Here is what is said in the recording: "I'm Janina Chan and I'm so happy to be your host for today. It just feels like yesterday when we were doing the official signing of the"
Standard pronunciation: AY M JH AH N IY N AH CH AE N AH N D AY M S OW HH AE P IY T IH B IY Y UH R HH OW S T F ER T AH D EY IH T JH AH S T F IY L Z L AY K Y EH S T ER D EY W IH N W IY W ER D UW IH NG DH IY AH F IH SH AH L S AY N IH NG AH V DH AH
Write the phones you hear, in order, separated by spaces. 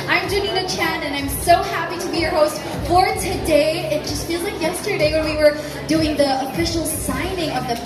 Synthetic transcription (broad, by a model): AY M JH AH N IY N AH CH AE N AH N AY M S OW HH AE P IY T IH B IY Y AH R HH OW S T F ER T AH D EY IH T JH AH S T F IY L Z L AY K Y EH S T ER D EY W IH N W IY W ER D UW IH NG DH IY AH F IH SH L S AY N IH NG AH V DH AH